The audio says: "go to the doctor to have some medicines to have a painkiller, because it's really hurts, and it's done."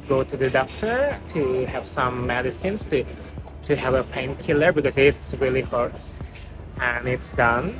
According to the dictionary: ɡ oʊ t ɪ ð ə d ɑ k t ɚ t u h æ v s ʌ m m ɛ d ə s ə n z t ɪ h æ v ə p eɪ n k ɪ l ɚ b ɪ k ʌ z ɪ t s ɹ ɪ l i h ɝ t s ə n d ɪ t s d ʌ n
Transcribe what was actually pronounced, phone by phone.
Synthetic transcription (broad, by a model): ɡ oʊ t ɪ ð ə d ɑ k t ɚ t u h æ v s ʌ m m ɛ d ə s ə n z t ɪ h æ v ə p eɪ n k ɪ l ɚ b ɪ k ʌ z ɪ t s ɹ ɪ l i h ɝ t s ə n ɪ t s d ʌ n